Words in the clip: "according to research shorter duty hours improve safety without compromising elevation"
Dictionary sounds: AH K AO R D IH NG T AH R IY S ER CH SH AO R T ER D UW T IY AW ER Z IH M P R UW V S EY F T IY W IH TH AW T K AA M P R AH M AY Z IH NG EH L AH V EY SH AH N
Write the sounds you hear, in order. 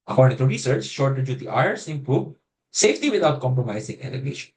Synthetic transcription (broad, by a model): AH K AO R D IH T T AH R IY S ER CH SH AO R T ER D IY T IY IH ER S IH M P UW B S EY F T IY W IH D AW T K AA M P R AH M AY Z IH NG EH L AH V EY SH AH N